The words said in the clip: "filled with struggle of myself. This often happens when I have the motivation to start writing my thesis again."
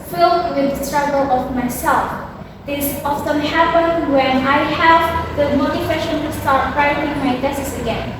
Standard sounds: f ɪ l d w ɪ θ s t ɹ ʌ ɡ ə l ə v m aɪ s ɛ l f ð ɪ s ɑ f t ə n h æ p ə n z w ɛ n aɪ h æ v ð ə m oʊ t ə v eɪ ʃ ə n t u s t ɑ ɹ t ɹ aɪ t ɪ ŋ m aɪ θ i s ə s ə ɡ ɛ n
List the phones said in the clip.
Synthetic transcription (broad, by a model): f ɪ l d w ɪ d s t ɹ ʌ ɡ ə l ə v m aɪ s ɛ l f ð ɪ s ɑ f t ə n h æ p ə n w ɛ n aɪ h æ v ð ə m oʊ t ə w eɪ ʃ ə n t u s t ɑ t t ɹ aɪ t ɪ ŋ m aɪ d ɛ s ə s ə ɡ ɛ n